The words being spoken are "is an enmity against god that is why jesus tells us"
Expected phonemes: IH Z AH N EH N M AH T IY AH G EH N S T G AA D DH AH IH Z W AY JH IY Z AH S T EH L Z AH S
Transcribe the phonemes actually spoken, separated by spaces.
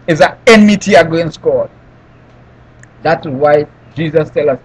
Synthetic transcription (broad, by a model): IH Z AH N EH N M AH T IY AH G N S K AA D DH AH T W AY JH IY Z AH S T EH L AH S